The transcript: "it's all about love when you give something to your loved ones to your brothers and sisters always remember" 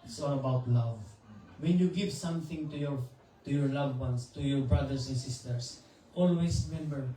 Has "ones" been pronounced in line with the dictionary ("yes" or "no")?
no